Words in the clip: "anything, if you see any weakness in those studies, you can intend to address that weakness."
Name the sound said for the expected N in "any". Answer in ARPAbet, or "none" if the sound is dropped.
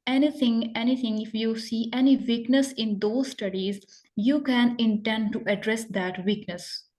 N